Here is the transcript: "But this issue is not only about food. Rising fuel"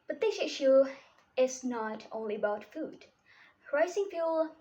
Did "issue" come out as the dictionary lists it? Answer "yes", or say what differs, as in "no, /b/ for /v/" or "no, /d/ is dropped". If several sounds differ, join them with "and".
yes